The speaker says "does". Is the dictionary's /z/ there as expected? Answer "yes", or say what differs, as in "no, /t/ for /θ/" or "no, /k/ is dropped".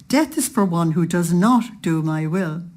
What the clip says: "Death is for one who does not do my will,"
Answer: yes